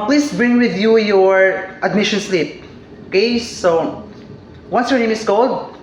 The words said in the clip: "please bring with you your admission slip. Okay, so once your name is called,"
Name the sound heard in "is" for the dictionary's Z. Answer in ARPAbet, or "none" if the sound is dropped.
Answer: S